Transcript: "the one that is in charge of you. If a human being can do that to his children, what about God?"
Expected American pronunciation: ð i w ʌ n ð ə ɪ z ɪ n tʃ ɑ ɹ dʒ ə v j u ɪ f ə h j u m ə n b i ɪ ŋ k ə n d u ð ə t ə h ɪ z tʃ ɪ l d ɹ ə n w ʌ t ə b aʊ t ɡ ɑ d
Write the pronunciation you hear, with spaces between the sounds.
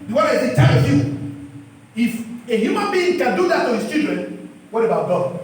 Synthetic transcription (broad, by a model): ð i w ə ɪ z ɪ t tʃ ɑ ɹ ə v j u ɪ f ə h j u m ə n b i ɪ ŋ k ə n d u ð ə t ə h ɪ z tʃ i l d ɹ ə n w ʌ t ə b aʊ t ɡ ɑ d